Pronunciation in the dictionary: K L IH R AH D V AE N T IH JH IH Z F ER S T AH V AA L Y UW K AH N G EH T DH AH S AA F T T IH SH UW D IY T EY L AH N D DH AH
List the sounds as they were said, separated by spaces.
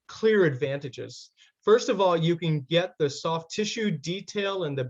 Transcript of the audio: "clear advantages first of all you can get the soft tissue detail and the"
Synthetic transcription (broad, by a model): K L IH R AH D V AE N T IH JH IH Z F ER S T AH V AA L Y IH K AH N G EH T DH AH S AA F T T IH SH UW D IY T EY L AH N DH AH